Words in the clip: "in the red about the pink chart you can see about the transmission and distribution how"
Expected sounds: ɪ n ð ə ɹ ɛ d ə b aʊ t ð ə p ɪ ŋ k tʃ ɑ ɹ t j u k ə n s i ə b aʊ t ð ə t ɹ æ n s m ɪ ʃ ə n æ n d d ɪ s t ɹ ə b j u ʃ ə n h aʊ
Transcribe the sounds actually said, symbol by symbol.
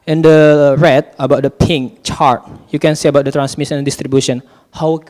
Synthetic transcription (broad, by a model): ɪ n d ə ɹ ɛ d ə b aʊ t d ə p ɪ ŋ k tʃ ɑ ɹ t j u k ə n s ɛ ə b aʊ t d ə t ɹ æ n s m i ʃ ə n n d d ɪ s t ɹ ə b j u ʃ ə n h aʊ